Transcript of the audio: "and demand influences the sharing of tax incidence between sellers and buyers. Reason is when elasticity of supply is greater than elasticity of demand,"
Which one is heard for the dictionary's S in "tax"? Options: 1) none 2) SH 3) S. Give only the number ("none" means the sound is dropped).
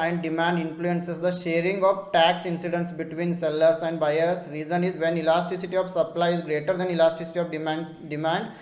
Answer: 3